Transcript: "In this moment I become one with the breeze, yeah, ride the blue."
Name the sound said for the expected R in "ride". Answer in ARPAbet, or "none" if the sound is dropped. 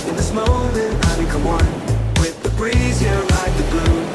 L